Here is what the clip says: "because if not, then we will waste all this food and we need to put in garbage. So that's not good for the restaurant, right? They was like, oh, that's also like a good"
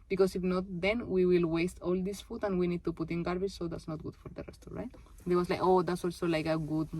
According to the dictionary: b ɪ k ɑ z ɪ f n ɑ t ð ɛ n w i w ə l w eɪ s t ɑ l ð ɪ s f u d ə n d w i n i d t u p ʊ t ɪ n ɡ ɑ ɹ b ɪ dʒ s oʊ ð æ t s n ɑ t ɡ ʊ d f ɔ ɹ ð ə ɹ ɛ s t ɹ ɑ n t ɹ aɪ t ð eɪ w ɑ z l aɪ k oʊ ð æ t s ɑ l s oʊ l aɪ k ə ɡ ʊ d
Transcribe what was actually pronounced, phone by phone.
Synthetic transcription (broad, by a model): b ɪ k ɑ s ɪ f n ɑ t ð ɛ n w i w ə l w eɪ s t ɑ l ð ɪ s f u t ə n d w i n i d t u p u t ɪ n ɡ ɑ ɹ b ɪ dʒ s oʊ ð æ t s n ɑ t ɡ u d f ɔ ɹ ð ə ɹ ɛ s t ɑ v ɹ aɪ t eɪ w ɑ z l aɪ k oʊ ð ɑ t s ɑ l s oʊ l aɪ k ə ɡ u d